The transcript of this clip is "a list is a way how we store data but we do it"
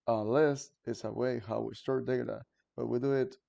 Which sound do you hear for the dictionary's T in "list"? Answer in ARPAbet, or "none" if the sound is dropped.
T